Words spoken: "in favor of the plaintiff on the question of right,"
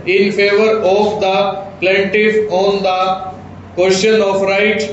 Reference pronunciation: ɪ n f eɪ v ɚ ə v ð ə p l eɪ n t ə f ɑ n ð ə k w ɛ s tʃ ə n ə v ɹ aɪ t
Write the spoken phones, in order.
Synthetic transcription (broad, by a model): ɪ n f eɪ v ɚ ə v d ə p l eɪ n t ə f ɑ n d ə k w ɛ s ʃ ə n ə f ɹ aɪ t